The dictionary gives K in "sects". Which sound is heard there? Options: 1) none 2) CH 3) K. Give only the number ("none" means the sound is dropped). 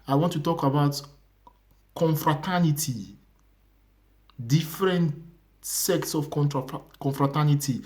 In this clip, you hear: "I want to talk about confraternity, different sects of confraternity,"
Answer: 3